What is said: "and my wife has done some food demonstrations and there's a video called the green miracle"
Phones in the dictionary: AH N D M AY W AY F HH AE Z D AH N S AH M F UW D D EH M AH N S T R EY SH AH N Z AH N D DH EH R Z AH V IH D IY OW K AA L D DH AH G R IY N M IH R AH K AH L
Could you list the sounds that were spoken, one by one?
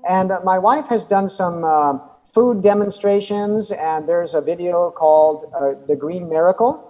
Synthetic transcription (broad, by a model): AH N M AY W AY F HH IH Z D AH N S AH M F UW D D EH M AH N S T R EY SH AH N Z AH N DH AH R Z AH V IH D IY OW K AA L D DH AH G R IY N M IH R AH K L